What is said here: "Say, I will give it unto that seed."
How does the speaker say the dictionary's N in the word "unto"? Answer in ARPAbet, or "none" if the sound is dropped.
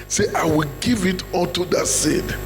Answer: L